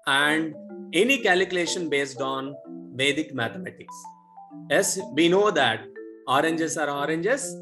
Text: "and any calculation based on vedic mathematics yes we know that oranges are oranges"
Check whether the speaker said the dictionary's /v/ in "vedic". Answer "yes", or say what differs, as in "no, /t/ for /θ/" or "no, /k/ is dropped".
yes